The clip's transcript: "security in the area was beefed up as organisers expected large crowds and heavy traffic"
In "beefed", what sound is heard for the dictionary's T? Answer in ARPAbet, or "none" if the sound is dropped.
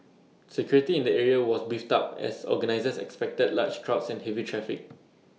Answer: T